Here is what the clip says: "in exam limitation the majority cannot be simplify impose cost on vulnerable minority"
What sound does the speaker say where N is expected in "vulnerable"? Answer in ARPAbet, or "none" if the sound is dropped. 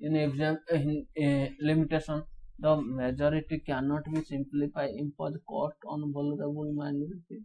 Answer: none